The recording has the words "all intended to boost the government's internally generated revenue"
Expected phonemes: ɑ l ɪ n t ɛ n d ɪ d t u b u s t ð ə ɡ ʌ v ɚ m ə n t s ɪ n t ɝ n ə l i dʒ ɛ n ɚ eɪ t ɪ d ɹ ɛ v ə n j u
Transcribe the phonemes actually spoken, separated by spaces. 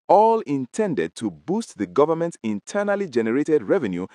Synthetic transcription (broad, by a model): ɑ l ɪ n t ɛ n d ɪ d t u b u s t ð ə ɡ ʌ v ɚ m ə n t ɪ n t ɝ n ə l i dʒ ɛ n ɚ eɪ t ɪ d ɹ ɛ v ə n j u